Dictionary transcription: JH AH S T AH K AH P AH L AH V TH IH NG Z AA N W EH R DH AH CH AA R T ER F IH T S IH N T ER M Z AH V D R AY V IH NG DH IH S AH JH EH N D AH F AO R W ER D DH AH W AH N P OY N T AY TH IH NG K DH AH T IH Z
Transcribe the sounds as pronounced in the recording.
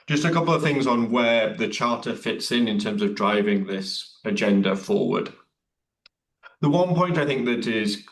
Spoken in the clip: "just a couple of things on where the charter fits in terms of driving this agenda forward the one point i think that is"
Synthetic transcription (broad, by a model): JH AH S T AH K AH P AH L AH V TH IH NG Z N W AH DH AH CH AA T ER F IH T S IH N T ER M Z AH V D R AY V IH NG DH IH S AH JH EH N D AH F AO W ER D DH AH W AH N P OY N T AY TH IH NG K DH AH T IH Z